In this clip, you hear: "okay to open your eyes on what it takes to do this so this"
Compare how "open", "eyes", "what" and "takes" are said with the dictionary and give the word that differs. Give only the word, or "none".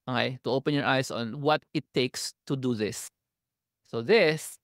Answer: eyes